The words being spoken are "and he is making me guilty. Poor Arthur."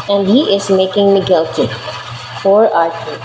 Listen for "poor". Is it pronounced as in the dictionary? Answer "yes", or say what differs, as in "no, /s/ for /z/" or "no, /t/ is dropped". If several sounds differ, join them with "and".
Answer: no, /f/ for /p/